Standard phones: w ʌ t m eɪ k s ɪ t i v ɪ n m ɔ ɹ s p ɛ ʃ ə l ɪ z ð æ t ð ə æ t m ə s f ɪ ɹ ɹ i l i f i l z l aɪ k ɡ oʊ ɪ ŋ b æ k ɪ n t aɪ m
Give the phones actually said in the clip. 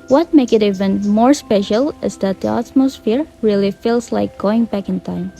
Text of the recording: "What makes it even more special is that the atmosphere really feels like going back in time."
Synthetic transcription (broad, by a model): w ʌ t m eɪ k ɪ t i v ɪ n m ɔ ɹ s p ɛ ʃ ə l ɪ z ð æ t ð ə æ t m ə s f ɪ ɹ ɹ i l i f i l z l aɪ k ɡ oʊ ɪ ŋ b æ k ɪ n t aɪ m